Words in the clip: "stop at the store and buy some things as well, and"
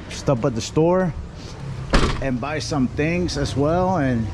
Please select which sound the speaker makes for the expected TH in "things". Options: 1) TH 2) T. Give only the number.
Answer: 1